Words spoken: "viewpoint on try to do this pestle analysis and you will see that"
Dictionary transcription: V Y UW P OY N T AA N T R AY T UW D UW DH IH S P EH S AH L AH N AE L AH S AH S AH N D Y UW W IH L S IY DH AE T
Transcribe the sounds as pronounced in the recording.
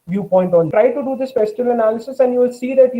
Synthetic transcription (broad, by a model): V Y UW P OY N T AA N T R AY T UW D UW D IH S F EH S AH L AH N AE L AH S AH S AH N D Y UW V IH L S IY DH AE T